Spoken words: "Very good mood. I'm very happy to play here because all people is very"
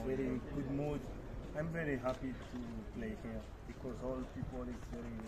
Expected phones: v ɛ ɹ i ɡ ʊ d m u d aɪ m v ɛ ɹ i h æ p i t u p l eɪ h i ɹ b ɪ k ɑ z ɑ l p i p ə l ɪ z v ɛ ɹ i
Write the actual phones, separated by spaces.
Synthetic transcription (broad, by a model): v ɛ ɹ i ɡ ʊ d m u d aɪ m v ɛ ɹ i h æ p i t u p l eɪ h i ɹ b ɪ k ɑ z ɑ l p i p ə l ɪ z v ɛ ɹ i